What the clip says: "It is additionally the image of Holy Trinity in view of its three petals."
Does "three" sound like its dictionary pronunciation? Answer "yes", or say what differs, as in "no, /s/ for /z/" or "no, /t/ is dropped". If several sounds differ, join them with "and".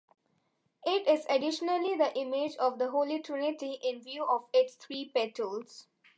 no, /t/ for /θ/